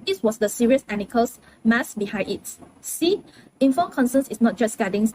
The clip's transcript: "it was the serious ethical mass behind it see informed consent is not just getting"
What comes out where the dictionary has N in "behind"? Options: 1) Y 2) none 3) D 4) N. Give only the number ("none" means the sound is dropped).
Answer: 2